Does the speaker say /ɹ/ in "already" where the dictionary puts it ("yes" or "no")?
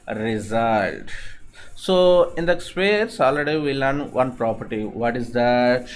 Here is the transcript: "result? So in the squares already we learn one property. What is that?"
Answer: no